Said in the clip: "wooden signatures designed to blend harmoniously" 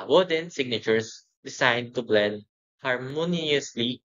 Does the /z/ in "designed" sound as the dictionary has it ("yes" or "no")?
no